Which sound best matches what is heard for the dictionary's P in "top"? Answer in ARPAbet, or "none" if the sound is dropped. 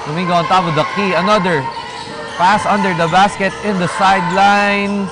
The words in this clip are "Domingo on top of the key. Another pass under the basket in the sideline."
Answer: B